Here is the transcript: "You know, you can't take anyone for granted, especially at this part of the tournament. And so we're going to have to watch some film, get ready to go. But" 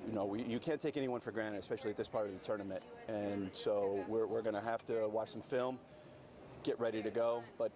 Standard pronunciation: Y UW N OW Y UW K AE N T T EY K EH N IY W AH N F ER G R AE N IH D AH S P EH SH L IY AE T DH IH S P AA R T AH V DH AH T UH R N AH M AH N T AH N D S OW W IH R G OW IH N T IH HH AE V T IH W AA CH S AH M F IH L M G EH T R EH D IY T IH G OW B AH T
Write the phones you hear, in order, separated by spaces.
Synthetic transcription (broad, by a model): Y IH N OW Y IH K AE N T T EY K EH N IY W AH N F ER G R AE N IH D AH S P EH SH L IY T DH IH S P AA R T AH V DH AH T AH R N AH M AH N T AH N S OW W IH R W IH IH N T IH HH AE F T IH W AA CH S AH M F IH L M G EH T R EH D IY T IH G OW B AH T